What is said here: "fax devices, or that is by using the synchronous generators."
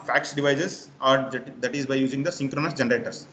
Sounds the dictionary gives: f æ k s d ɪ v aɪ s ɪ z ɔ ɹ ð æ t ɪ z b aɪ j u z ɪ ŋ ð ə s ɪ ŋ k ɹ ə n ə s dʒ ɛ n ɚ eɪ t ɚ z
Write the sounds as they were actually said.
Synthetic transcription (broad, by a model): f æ k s d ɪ v aɪ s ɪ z ɔ ɹ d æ t ɪ z b aɪ j u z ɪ ŋ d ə s ɪ ŋ k ɹ ə n ə s dʒ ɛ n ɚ eɪ t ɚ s